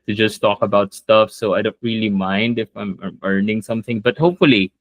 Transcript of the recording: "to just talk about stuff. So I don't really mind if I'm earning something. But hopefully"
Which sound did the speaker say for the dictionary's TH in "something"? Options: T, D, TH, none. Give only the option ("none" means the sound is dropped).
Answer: TH